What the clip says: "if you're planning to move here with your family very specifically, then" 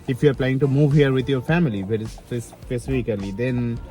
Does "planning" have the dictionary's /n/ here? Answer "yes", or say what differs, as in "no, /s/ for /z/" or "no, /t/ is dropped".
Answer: no, /n/ is dropped